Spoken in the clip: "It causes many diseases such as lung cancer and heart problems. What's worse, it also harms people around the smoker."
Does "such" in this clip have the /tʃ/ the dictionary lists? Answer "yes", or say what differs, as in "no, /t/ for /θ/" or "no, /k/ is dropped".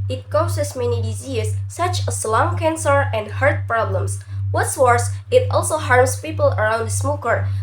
no, /s/ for /tʃ/